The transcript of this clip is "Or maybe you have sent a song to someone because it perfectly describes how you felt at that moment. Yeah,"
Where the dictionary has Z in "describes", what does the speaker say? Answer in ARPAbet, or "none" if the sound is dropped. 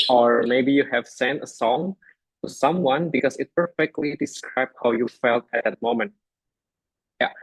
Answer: none